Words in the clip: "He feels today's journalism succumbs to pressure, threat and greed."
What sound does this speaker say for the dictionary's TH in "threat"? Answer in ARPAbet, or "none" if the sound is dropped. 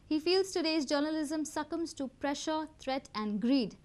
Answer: T